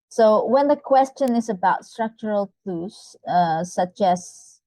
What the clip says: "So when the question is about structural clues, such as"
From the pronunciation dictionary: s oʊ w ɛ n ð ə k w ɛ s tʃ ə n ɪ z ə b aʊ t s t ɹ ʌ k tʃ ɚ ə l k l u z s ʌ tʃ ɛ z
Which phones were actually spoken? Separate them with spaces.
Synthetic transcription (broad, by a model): s oʊ w ɛ n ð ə k w ɛ s tʃ ə n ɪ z ə b aʊ t s t ɹ ʌ k tʃ ɚ ə l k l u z s ʌ tʃ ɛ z